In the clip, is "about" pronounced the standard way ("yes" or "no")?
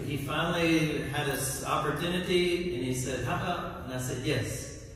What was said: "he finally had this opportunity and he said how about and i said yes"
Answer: no